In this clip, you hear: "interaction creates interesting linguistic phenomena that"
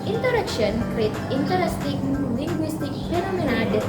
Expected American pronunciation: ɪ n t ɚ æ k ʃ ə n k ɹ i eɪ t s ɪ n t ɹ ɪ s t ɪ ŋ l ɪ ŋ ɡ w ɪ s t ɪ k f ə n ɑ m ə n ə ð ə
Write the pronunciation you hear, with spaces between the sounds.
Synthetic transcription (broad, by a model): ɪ n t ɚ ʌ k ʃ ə n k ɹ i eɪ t ɪ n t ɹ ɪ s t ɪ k l ɪ ŋ ɡ w ɪ s t ɪ k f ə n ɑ m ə n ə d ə